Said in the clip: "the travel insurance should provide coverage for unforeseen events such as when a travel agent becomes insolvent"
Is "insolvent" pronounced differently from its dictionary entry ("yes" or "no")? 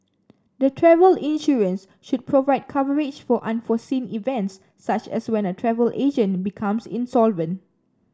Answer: no